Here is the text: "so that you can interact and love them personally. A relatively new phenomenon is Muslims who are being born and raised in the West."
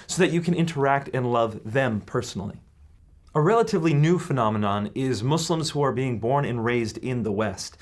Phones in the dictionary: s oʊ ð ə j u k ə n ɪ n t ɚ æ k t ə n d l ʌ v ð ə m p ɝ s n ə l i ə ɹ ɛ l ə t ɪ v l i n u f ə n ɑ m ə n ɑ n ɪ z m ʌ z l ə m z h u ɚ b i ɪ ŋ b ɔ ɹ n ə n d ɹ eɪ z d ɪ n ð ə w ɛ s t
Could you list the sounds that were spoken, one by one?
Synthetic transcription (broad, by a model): s oʊ ð ə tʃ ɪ k ə n ɪ n t ɚ æ k t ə n l ʌ v ð ə m p ɝ s n l i ə ɹ ɛ l ə t ɪ v l i n u f ə n ɑ m ə n ɑ n ɪ z m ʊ s l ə m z h u ɚ b i ɪ ŋ b ɔ ɹ n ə n ɹ eɪ z d ɪ n ð ə w ɛ s t